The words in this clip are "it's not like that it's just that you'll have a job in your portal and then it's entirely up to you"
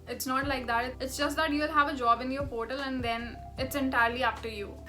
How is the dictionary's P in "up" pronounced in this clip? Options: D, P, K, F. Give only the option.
F